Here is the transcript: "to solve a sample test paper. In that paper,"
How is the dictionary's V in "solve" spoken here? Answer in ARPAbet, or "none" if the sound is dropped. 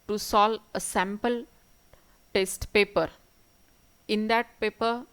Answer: none